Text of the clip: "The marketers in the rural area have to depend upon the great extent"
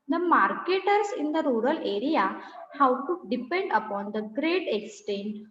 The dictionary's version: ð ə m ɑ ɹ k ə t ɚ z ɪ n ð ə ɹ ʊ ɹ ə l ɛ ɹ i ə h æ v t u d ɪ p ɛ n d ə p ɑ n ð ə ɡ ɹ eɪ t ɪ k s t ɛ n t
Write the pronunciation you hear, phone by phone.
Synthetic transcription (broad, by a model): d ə m ɑ ɹ k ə t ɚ s ɪ n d ə ɹ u ɹ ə l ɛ ɹ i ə h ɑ w t u d ɪ p ɛ n d ə p ɑ n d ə ɡ ɹ eɪ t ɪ k s t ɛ n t